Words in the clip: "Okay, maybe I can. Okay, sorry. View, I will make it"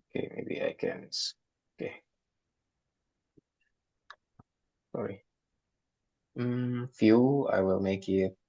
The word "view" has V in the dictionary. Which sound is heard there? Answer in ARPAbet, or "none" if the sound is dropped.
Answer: F